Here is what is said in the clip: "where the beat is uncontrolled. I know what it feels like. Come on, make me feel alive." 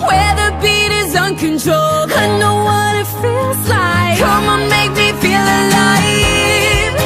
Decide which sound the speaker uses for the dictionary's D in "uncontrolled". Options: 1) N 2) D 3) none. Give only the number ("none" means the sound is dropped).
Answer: 3